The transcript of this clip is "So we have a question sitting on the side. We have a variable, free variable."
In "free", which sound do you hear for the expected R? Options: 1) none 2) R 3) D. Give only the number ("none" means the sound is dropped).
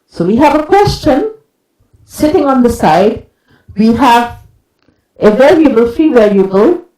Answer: 1